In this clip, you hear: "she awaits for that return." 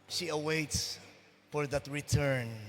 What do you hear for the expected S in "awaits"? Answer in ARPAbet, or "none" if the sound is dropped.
S